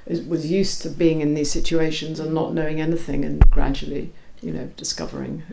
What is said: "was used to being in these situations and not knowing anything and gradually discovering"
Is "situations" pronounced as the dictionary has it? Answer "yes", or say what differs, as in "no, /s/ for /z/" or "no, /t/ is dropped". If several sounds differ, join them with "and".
yes